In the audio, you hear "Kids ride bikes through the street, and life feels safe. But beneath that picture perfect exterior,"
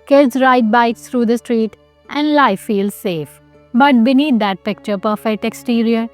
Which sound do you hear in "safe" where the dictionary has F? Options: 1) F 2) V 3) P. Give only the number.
1